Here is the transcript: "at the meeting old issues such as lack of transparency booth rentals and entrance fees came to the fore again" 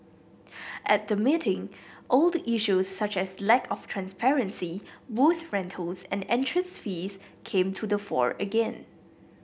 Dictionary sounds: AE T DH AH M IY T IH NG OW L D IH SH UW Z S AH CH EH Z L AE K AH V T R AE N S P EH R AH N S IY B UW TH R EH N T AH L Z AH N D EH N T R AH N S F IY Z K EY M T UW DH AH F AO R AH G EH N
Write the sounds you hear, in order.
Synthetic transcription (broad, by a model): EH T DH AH M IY T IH NG OW L D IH SH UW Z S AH CH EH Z L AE K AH F T R AE N S P EH R AH N S IY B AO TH R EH N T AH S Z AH N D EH N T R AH N S F IY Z K EY M T UW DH AH F AO R AH G EH N